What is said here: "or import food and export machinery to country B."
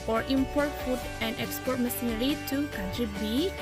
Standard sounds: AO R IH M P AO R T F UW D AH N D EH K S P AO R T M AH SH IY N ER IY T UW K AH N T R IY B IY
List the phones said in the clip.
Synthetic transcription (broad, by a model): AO R IH M P AO R T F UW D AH N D EH K S P AO R T M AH S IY N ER IY T UW K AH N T R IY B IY